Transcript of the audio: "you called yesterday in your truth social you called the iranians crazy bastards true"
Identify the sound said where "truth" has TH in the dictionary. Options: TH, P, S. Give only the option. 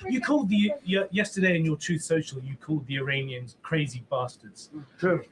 TH